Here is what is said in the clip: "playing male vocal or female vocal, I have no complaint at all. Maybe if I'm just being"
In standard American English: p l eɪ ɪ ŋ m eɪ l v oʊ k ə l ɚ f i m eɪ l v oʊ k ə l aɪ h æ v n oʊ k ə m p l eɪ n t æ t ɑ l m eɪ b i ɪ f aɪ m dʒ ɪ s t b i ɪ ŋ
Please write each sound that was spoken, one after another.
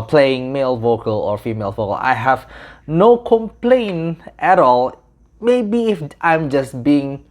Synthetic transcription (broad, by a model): p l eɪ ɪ ŋ m eɪ l v oʊ k ə l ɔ f i m eɪ l v oʊ k ə l aɪ h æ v n oʊ k ə m p l eɪ n t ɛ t ɑ l m eɪ b i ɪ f aɪ m dʒ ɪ s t b i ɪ ŋ